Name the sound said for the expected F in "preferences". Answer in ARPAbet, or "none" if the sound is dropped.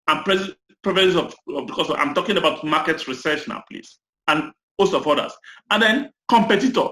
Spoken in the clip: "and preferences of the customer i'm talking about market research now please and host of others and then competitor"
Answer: P